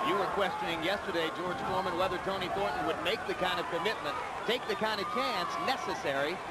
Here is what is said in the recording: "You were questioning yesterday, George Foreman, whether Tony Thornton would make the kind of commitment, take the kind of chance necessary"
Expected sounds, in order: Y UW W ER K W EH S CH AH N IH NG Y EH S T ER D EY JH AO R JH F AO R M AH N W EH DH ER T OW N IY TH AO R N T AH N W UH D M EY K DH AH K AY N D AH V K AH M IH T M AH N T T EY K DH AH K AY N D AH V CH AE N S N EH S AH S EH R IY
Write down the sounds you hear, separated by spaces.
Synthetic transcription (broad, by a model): Y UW W ER K W EH S CH AH N IH NG Y EH S T ER D EY JH AO R JH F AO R M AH N W EH DH ER T OW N IY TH AO R T N W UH D M EY K DH AH K AY N D AH V K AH M IH T M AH N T T EY K DH AH K AY N D AH V CH AE N S N EH S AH S EH R IY